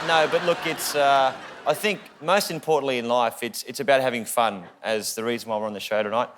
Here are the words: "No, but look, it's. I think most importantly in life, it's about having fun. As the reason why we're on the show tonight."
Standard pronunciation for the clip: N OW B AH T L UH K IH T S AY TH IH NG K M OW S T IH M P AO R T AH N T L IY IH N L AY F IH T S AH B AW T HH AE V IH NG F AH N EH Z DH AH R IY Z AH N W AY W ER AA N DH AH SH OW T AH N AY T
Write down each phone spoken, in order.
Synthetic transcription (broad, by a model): N OW B AH T L UH K IH T S AY TH IH NG K M OW S T IH M P AO R T N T L IY IH N L AY F IH T S AH B AW T HH AE V IH NG F AH N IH Z DH AH R IY Z AH N W AY W ER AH N DH AH SH OW T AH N AY T